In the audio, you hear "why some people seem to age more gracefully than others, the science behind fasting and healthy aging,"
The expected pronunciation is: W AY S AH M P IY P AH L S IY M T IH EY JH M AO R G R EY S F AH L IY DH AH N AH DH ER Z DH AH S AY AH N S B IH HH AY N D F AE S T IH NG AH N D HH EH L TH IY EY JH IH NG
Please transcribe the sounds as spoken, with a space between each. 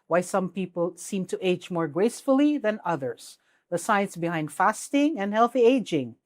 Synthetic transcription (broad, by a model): W AY S AH M P IY P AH L S IY M T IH EY JH M AO R G R EY S F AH L IY DH AH N AH DH ER Z DH AH S AY AH N S B IH HH AY N D F AE S T IH NG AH N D HH EH L TH IY EY JH IH NG